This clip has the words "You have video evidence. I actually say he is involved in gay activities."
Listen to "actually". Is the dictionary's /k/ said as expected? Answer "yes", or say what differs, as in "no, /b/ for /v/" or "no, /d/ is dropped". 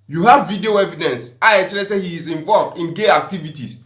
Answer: no, /k/ is dropped